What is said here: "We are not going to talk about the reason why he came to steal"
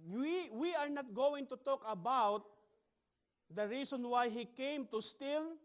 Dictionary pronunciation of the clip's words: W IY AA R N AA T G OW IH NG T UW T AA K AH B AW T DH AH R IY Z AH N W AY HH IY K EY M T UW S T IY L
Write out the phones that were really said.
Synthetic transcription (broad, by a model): W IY AA R N AA T G OW IH NG T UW T AA K AH B AW T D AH R IY S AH N W AY HH IY K EY M T UW S T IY L